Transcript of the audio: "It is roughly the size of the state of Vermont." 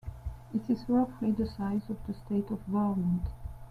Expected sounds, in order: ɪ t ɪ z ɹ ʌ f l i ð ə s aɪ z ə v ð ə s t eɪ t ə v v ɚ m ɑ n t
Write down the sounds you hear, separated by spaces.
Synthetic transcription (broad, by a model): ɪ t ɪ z w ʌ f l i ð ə s aɪ z ə v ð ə s t eɪ t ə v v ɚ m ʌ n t